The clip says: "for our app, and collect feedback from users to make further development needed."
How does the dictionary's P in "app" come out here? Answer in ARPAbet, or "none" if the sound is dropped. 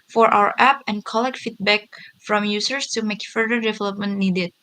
P